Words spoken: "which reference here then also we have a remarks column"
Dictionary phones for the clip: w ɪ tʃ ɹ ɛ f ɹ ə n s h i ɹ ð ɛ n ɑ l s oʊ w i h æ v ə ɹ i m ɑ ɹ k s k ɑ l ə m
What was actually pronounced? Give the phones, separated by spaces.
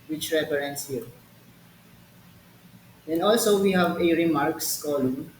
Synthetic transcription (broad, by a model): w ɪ tʃ ɹ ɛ p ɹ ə n s h i ɹ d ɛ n ɑ l s oʊ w i h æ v ə ɹ i m ɑ ɹ k s k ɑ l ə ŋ